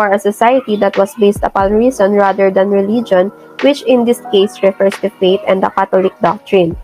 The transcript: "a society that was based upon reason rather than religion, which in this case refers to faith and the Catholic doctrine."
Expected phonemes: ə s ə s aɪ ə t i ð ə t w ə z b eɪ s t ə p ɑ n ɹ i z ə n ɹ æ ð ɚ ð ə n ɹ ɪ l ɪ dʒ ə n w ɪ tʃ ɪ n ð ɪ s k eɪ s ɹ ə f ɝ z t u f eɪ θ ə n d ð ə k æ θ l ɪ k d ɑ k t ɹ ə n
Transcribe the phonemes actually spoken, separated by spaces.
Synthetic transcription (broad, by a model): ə s ə s aɪ ə t i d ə t w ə s b eɪ s t ə p ɑ n ɹ i s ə n ɹ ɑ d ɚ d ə n ɹ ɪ l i dʒ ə n w ɪ tʃ ɪ n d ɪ s k eɪ s ɹ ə f ɝ s t u f eɪ t ə n d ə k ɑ t l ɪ k d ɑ k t ɹ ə n